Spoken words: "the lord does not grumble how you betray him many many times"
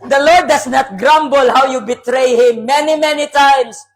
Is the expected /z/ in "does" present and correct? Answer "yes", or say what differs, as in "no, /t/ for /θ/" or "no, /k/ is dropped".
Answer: no, /s/ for /z/